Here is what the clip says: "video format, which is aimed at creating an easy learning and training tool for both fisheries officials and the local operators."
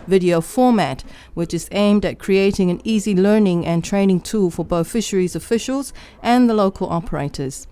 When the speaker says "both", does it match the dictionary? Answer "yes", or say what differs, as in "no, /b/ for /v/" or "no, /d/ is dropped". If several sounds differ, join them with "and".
yes